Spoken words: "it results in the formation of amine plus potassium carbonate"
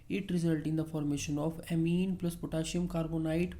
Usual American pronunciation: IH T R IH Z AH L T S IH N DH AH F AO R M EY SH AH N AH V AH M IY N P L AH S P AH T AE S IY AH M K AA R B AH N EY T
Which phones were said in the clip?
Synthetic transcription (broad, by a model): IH T R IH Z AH L T IH N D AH F AO R M EY SH AH N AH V AH M IY N P L AH S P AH T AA SH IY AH M K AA R B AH N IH T